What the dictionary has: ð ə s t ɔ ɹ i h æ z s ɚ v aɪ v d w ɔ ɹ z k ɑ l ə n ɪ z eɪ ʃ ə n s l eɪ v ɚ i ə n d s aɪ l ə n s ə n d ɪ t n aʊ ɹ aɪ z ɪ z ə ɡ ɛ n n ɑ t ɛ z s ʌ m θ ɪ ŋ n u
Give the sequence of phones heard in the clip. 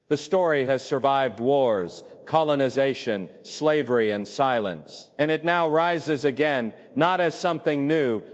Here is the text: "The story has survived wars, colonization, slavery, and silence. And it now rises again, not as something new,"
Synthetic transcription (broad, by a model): ð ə s t ɔ ɹ i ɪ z s ɚ v aɪ v d w ɔ ɹ z k ɑ l ə n ɪ z eɪ ʃ ə n s l eɪ v ɚ i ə n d s aɪ l ə n s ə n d ɪ t n aʊ ɹ aɪ z ɪ z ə ɡ ɛ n n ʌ t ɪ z s ʌ m θ ɪ ŋ n u